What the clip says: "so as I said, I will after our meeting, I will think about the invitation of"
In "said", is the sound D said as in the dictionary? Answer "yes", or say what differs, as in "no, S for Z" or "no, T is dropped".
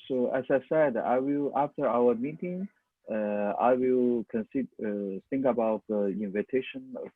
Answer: yes